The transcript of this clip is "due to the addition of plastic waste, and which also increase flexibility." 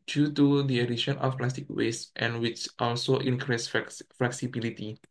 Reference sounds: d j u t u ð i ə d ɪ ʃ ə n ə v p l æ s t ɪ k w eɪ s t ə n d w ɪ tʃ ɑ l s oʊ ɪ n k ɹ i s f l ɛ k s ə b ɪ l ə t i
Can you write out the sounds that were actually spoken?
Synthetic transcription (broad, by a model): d j u t u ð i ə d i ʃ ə n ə f p l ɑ s t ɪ k w eɪ s t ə n w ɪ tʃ ɑ l s oʊ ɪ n k ɹ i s f l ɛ k s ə b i l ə t i